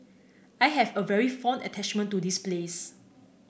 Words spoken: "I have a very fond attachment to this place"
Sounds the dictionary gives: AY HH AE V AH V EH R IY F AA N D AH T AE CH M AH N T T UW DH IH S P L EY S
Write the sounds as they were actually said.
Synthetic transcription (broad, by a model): AY HH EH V AH V EH R IY F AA N AH T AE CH M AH N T T UW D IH S P L EY S